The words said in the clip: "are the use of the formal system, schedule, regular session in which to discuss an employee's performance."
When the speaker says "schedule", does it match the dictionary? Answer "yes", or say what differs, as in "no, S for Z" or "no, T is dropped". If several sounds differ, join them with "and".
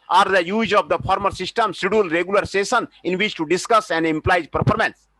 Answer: no, K is dropped